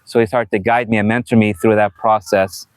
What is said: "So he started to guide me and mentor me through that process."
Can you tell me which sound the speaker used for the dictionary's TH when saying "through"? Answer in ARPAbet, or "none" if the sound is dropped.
TH